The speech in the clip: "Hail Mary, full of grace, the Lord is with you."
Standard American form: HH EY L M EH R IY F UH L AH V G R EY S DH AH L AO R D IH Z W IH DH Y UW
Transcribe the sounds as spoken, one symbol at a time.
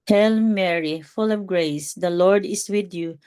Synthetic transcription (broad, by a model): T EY L M EH R IY F UH L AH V G R EY S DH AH L AO R D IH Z W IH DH Y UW